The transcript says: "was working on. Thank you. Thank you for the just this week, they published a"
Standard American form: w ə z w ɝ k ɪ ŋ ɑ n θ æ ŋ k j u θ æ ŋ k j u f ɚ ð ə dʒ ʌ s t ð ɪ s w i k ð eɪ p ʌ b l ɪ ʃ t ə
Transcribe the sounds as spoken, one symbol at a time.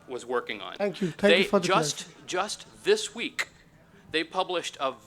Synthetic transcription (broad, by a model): w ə z w ɝ k ɪ ŋ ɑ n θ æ ŋ k j u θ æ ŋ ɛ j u f ɚ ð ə dʒ ʌ s t ð ɪ s w i k ð eɪ p ʌ b l ɪ ʃ t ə